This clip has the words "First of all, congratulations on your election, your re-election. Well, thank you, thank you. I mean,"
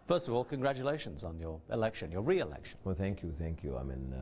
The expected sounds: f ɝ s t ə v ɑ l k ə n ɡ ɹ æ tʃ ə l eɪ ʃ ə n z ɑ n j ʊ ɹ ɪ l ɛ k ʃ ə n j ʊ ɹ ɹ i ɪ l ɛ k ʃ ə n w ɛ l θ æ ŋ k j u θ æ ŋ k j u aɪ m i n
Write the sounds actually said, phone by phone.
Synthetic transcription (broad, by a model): f ɝ s t ə v ɑ l k ə n ɡ ɹ æ tʃ ə l eɪ ʃ ə n z n j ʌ ɹ ɪ l ɛ k ʃ ə n j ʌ ɹ ɹ i ɪ l ɛ k ʃ ə n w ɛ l θ æ ŋ k j u θ æ ŋ k j u aɪ m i n